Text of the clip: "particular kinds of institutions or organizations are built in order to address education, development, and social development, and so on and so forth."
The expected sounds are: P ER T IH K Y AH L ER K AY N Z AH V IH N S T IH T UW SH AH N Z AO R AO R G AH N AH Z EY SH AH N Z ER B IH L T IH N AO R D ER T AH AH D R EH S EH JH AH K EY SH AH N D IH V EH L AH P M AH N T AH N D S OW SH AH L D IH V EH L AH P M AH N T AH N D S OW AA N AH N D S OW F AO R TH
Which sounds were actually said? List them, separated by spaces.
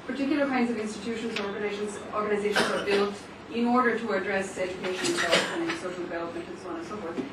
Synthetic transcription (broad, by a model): P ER T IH K Y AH L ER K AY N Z AH V IH N S T IH T UW SH AH N Z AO R AO R G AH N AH Z EY SH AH N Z ER B IH L T IH N AO R D ER T AH AH D R EH S EH JH AH K EY SH AH N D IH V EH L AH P AH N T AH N S OW SH L D IH V EH L AH P M AH N T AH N S OW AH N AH N S OW F AO R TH